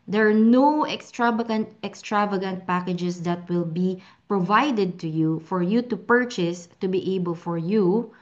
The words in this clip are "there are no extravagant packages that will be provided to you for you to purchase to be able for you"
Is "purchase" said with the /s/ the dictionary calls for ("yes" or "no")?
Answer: yes